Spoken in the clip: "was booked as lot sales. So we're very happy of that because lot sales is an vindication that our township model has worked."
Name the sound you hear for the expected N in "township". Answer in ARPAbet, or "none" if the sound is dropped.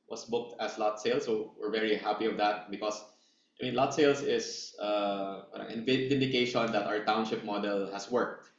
N